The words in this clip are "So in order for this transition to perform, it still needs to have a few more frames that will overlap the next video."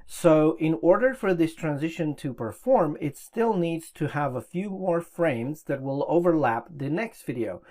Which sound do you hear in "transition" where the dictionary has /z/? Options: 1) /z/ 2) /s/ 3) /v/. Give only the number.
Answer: 1